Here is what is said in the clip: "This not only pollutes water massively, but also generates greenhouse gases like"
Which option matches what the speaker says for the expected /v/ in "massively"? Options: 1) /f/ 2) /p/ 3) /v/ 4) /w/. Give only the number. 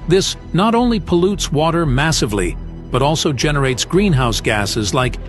3